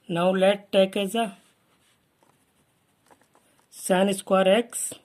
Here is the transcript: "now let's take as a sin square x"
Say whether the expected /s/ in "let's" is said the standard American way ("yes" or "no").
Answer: no